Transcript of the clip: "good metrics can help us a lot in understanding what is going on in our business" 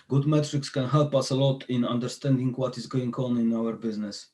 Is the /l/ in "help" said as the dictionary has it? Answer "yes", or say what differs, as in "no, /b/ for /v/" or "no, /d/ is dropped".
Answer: yes